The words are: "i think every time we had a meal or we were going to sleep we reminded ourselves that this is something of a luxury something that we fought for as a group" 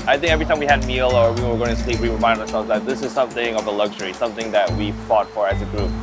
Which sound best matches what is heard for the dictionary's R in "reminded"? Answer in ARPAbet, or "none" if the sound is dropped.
W